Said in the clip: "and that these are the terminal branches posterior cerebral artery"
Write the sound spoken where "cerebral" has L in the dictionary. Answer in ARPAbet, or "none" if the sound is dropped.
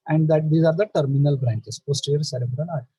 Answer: N